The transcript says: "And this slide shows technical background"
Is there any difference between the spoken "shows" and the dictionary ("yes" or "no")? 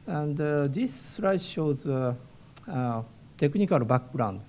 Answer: no